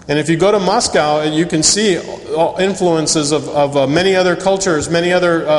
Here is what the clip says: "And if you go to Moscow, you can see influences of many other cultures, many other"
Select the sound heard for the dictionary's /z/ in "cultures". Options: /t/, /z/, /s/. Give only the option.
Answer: /z/